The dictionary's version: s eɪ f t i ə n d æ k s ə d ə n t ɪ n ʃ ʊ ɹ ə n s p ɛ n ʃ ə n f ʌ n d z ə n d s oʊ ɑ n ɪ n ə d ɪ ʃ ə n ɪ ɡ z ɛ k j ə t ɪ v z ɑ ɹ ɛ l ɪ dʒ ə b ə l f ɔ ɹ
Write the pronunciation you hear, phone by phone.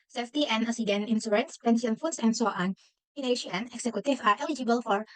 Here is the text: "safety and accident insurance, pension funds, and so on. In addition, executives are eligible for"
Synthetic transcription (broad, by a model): s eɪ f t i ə n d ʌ s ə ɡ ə n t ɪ n s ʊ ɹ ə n s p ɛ n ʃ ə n f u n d s ə n d s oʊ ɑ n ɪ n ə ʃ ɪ ə n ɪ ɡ s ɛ k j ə t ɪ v ɑ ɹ ɛ l ɪ dʒ ə b ə l f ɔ ɹ